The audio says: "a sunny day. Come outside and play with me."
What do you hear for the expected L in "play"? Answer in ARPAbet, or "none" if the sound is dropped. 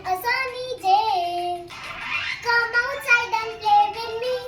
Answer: none